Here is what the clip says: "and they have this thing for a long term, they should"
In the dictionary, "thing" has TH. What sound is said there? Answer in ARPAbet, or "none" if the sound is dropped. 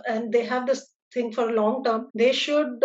T